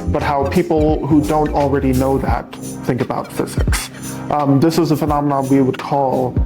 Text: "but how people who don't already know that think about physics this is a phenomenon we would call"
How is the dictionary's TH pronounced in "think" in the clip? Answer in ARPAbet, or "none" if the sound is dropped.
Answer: TH